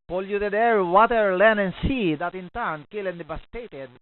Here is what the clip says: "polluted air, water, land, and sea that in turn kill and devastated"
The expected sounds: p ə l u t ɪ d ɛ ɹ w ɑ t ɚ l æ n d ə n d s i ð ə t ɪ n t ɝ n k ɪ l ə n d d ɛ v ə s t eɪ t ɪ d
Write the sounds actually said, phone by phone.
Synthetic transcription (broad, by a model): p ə l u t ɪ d ɛ ɹ w ɑ t ɚ l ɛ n ə n s i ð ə t ɪ n t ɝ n k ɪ l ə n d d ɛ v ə s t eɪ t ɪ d